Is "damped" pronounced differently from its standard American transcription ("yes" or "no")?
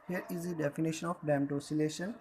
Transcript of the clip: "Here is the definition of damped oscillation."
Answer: yes